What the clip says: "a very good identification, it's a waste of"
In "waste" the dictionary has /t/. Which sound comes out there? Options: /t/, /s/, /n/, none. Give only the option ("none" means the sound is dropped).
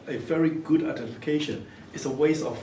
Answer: none